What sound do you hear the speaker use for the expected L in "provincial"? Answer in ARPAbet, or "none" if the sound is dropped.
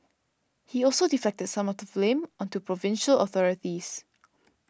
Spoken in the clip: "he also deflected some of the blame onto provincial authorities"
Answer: L